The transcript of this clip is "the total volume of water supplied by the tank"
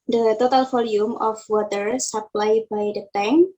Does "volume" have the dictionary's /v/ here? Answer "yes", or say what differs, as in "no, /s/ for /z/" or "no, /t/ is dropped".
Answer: no, /f/ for /v/